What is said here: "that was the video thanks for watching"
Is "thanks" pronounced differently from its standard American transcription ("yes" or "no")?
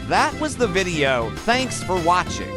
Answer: no